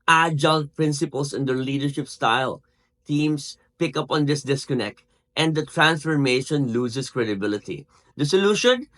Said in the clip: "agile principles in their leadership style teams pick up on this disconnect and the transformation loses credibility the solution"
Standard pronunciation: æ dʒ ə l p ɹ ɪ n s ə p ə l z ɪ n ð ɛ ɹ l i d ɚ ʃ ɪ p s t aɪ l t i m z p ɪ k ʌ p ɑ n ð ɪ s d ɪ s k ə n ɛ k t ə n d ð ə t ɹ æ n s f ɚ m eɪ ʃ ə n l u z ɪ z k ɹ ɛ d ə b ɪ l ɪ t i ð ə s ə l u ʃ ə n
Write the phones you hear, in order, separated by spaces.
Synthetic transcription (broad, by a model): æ dʒ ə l p ɹ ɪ n s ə p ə l s ɪ n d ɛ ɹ l i d ɚ ʃ ɪ p s t aɪ l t i m s p ɪ k ʌ p ɑ n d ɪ s d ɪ s k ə n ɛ k t ə n d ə t ɹ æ n s f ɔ m eɪ ʃ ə n l u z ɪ s k ɹ ɛ d ə b ɪ l ɪ t i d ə s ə l u ʃ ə n